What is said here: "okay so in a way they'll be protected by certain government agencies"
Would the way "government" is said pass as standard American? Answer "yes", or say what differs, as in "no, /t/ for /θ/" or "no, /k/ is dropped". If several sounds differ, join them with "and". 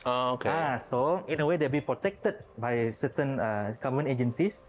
no, /t/ is dropped